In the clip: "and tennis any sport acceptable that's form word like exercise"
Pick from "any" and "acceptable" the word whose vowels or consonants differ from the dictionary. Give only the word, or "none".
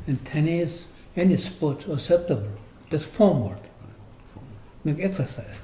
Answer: acceptable